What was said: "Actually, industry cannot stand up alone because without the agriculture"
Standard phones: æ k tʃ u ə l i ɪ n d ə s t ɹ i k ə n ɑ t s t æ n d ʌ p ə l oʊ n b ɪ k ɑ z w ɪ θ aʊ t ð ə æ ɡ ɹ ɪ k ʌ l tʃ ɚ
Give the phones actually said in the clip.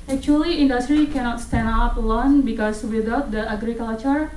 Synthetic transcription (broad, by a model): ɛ k tʃ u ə l i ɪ n d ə s t ɹ i k ə n ɑ t s t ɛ n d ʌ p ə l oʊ n b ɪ k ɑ s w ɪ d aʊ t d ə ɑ ɡ ɹ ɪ k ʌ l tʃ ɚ